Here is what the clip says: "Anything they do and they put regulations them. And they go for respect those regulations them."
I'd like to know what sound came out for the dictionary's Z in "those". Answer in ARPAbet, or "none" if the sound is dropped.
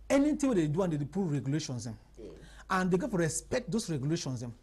S